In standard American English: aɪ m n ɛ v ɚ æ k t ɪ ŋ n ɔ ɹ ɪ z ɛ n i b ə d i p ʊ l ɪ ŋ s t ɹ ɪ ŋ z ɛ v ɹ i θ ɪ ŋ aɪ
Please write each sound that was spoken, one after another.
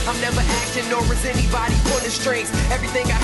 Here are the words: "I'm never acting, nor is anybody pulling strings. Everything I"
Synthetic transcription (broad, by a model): aɪ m n ɛ v ɚ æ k t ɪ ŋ n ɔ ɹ ɪ z ɛ n i b ə d i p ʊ n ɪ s t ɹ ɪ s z ɛ v ɹ i θ ɪ ŋ aɪ